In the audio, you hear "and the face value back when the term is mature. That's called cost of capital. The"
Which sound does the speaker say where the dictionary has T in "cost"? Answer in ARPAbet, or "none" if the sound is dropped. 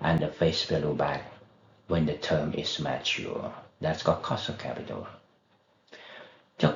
none